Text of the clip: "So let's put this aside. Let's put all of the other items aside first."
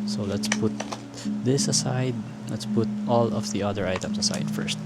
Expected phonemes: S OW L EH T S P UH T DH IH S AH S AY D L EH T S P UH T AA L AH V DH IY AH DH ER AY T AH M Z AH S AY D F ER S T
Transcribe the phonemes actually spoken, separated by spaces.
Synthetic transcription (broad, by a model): S OW L EH T S P UH T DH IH S AH S AY D L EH T S P UH T AA L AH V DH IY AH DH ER AY T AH M S AH S AY D F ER S T